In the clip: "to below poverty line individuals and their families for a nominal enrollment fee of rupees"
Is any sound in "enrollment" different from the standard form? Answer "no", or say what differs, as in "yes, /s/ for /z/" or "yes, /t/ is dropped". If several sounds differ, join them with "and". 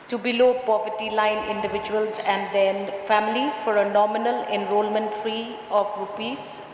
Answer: no